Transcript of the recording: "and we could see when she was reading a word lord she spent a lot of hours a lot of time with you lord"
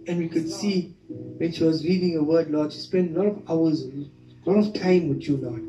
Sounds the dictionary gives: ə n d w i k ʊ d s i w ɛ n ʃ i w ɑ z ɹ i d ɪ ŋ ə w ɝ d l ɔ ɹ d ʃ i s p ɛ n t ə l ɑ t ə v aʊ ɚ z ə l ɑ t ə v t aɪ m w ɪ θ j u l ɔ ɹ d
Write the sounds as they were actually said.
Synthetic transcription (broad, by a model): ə n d w i k ʊ d s i w ɛ n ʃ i w ɑ z l i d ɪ ŋ ə w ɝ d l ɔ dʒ s p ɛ n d ə l ɑ t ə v aʊ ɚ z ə l ɑ t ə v t aɪ m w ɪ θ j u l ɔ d